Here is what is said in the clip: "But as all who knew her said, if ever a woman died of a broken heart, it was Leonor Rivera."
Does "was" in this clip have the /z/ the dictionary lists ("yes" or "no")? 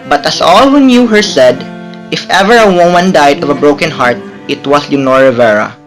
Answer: no